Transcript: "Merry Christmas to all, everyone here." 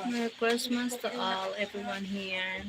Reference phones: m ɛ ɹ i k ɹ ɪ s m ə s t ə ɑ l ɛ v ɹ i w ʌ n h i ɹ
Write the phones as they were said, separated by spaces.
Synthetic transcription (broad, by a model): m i k w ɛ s m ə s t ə ɑ l ɛ v ɹ i w ʌ n h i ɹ